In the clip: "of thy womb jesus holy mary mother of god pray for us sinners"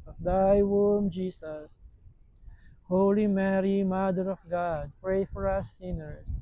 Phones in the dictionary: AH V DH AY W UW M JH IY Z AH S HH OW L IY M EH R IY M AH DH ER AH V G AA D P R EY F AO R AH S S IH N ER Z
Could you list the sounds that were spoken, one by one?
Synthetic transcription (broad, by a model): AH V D AY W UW M JH IY S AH S HH OW L IY M EH R IY M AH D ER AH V G AA D P R EY F AO R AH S S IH N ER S